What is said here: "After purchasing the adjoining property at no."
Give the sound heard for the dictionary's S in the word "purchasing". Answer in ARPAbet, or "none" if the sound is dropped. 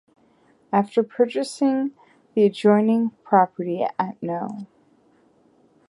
S